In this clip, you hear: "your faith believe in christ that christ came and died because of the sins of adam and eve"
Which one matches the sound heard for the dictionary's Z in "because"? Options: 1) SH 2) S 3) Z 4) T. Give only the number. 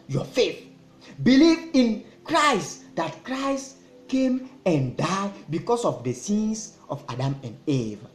2